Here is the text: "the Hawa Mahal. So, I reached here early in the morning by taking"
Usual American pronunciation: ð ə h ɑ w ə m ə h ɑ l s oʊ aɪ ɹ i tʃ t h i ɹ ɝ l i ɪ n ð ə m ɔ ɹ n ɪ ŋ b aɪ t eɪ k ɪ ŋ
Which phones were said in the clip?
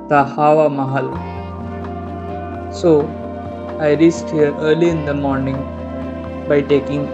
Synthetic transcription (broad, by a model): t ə h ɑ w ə m ə h ɑ l s oʊ aɪ ɹ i s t h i ɹ ɝ l i ɪ n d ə m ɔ ɹ n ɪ ŋ b aɪ t eɪ k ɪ ŋ